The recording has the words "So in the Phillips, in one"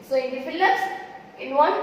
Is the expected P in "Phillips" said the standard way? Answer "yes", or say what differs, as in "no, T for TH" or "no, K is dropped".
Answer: no, P is dropped